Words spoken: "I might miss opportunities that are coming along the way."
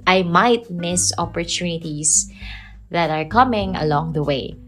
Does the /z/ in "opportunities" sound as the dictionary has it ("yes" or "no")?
no